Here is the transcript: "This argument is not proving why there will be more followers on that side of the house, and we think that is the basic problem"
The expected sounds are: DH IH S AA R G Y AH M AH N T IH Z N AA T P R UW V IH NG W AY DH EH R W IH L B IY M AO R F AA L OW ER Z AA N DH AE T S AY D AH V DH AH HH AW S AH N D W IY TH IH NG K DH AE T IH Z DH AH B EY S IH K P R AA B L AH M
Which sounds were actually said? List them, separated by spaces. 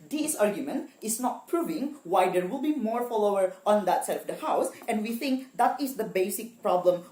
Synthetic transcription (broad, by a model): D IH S AA R G Y AH M AH N T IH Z N AA T P R UW V IH NG W AY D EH R W IH L B IY M AO R F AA L OW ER AA N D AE T S AY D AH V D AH HH AW S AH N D W IY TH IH NG K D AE T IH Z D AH B EY S IH K P R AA B L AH M